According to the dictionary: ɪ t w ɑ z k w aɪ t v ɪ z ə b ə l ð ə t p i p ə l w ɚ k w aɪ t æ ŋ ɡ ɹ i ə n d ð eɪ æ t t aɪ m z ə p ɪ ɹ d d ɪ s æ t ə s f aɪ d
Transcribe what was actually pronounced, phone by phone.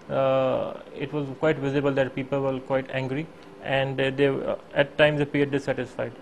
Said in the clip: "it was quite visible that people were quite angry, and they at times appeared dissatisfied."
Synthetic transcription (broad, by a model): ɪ t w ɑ z k w aɪ t v ɪ z ə b ə l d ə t p i p ə l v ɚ k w aɪ t æ ŋ ɡ ɹ i ə n d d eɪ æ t t aɪ m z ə p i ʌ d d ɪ s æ t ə s f aɪ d